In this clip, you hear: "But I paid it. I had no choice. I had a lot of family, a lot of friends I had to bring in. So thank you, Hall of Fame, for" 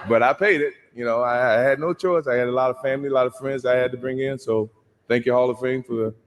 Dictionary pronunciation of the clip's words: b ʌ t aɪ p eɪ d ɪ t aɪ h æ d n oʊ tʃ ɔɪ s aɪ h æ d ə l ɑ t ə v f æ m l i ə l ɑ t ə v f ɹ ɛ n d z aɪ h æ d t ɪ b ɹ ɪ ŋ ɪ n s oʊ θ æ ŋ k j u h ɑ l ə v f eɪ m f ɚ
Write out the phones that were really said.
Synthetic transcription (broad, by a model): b ʌ t aɪ p eɪ d ɪ t aɪ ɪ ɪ d n oʊ tʃ ɔɪ s aɪ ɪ d ə l ɑ t ə v f æ m l i ə l ɑ t ə v f ɹ ɛ n d z aɪ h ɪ d t ɪ b ɹ ɪ ŋ ɪ n s oʊ θ æ ŋ k j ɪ h ɑ l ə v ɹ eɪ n f ɚ